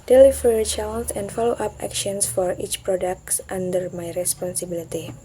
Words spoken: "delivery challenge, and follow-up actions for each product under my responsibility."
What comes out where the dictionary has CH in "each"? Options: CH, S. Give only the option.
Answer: CH